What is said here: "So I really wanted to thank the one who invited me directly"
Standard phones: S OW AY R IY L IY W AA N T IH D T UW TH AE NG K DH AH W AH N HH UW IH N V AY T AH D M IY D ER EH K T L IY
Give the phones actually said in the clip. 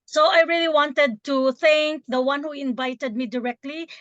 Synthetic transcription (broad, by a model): S OW AY R IY L IY W AA N T IH D T UW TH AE NG K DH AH W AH N HH UW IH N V AY T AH D M IY D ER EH K T L IY